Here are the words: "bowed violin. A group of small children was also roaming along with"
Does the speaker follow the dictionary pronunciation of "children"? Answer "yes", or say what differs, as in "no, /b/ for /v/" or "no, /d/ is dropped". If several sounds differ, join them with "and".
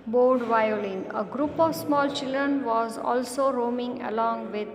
yes